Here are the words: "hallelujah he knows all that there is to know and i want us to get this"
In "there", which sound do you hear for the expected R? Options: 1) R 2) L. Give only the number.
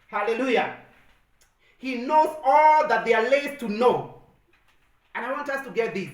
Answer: 2